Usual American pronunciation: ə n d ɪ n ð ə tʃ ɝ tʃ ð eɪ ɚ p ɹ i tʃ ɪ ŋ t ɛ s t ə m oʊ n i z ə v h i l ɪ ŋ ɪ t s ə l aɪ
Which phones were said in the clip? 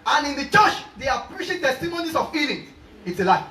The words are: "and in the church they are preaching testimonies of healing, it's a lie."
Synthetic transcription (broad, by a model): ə n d ɪ n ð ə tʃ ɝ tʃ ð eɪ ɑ p ɹ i ʃ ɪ t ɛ s t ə m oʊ n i s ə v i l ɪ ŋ ɪ t s ə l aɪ